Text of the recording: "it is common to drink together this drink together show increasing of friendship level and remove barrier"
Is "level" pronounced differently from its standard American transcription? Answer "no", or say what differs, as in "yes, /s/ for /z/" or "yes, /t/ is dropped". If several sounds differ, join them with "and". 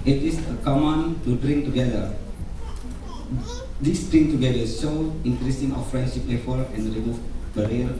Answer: yes, /f/ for /v/